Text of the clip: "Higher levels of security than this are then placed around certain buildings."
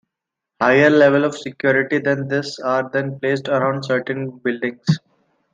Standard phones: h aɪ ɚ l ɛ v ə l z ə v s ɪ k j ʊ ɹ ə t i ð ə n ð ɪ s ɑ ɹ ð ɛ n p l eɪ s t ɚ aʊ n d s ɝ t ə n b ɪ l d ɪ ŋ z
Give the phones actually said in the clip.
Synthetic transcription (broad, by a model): h aɪ ɚ l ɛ v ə l ə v s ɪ k j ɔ ɹ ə t i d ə n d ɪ s ɑ ɹ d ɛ n p l eɪ s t ɚ aʊ n d s ɝ t ə n b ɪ l d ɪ ŋ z